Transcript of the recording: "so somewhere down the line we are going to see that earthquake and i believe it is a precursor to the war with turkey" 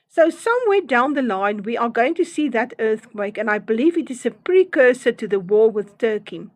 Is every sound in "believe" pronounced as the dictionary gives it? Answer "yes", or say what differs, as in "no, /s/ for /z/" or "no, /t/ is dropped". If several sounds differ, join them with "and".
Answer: yes